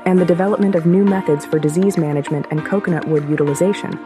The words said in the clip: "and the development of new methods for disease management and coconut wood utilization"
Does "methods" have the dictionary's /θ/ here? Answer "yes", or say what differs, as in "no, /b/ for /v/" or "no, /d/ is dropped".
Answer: yes